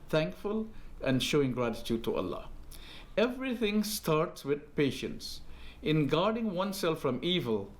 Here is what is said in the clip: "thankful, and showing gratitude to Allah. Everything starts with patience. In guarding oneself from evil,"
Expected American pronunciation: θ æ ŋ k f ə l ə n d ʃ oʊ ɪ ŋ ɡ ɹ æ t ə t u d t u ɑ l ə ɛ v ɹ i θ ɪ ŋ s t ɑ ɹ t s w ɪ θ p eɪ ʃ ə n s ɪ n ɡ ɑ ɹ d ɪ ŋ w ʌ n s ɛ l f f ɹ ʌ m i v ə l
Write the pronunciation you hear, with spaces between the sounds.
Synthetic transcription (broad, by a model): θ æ ŋ k f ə l ə n d ʃ oʊ ɪ ŋ ɡ ɹ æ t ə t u d t u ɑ l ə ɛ v ɹ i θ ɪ ŋ s t ɑ ɹ t s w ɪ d p eɪ ʃ ə n s ɪ n ɡ ɑ ɹ d ɪ ŋ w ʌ n s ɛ l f f ɹ ʌ m i v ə l